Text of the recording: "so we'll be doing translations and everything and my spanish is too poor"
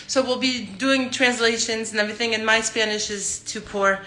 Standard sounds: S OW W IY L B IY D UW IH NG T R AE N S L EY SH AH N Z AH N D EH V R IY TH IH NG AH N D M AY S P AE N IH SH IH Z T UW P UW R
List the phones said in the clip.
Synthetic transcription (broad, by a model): S OW W IY L B IY D UW IH NG T R AE N S L EY SH AH N Z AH N EH V R IY TH IH NG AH N M AY S P AE N IH SH IH Z T UW P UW R